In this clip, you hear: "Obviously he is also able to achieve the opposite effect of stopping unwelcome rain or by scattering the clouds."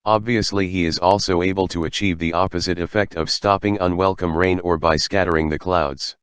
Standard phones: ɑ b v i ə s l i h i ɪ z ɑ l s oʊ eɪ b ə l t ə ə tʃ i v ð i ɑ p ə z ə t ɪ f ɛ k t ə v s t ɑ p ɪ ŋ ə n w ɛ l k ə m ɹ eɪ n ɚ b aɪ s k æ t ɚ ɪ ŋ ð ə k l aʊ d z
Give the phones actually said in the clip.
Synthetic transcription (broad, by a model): ɑ b v i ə s l i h i ɪ z ɑ l s oʊ eɪ b ə l t ə ə tʃ i v ð i ɑ p ə z ə t ɪ f ɛ k t ə v s t ɑ p ɪ ŋ ə n w ɛ l k ə m ɹ eɪ n ɚ b aɪ s k æ t ɚ ɪ ŋ ð ə k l aʊ d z